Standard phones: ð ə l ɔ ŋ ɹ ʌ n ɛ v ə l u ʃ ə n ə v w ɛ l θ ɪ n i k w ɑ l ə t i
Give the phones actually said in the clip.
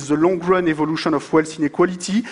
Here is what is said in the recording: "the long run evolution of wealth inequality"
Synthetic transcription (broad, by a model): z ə l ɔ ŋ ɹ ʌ n ɛ v ə l u ʃ ə n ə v w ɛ l s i n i k w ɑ l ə t i